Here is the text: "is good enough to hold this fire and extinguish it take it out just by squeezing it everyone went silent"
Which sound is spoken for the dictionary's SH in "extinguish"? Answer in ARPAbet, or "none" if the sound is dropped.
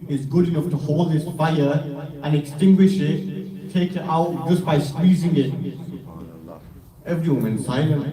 SH